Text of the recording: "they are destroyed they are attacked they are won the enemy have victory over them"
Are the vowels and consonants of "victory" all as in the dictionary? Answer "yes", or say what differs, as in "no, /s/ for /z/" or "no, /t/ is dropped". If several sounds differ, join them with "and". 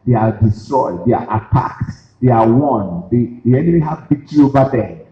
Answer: no, /b/ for /v/ and /k/ is dropped